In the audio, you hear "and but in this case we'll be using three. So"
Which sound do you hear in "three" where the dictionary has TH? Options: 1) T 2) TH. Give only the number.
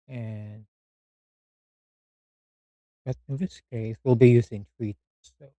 1